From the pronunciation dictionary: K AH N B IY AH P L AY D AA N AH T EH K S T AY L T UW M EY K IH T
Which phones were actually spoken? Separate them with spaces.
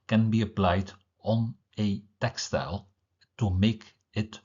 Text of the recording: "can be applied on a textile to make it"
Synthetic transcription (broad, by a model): K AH N B IY AH P L AY D AA N AH T EH K S T AY L T UW M EY K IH T